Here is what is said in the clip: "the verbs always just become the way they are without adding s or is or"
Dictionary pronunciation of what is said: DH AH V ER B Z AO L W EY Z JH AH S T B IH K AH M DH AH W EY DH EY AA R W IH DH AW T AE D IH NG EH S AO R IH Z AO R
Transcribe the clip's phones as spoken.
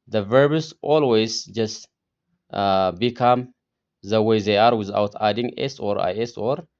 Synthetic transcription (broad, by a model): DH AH V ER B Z AO L W EY Z JH AH S T B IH K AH M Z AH W EY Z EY AA R W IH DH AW T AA D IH NG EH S AO R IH S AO R